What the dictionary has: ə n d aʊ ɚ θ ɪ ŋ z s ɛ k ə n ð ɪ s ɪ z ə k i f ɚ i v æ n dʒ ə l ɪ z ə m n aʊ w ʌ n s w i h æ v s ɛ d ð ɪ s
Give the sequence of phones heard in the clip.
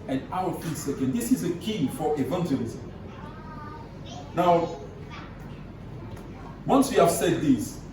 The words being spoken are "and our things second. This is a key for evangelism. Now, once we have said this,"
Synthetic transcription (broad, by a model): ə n aʊ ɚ f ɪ s ɛ k ə n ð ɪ s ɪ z ə k i f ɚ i v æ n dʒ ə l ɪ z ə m n aʊ w ʌ n s w i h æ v s ɛ d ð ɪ s